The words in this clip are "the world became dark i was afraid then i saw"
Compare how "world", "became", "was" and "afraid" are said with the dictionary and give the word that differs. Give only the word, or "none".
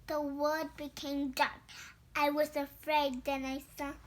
world